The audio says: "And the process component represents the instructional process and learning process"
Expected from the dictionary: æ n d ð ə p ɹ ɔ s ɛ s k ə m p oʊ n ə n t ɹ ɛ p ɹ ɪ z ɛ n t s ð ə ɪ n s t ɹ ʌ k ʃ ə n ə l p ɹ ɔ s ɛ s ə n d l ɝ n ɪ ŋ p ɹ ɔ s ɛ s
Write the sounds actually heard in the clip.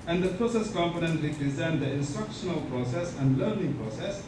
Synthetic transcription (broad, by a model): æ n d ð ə p ɹ ɔ s ɛ s k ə m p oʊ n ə n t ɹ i p ɹ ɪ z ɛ n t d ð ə ɪ n s t ɹ ʌ k ʃ ə n ə l p ɹ ɔ s ɛ s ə n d l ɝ n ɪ ŋ p ɹ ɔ s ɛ s